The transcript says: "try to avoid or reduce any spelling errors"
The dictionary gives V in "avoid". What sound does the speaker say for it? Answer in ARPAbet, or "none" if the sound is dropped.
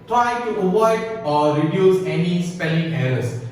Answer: W